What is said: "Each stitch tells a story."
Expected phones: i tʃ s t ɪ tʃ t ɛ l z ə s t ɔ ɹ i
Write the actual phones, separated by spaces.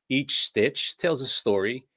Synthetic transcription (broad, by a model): i tʃ s t ɪ tʃ t ɛ l z ə s t ɔ ɹ i